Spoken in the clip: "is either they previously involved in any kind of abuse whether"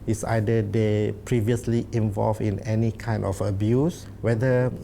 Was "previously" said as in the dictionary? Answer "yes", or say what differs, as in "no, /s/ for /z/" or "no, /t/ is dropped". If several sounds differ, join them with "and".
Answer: yes